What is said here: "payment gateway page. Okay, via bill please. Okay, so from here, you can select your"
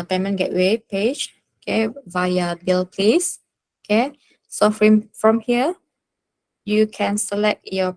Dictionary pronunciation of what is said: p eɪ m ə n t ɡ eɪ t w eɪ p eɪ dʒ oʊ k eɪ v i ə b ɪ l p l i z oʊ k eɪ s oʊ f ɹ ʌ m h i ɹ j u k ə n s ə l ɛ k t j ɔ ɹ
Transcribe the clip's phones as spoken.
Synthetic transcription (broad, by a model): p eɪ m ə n ɡ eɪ t w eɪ p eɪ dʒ oʊ k eɪ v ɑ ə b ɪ l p l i s oʊ k eɪ s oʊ f ɹ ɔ m h i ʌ j u k ə n s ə l ɛ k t j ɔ